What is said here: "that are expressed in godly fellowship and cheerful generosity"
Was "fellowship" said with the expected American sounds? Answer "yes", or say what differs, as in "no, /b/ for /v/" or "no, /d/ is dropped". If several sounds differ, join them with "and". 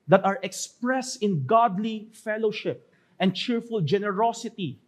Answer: yes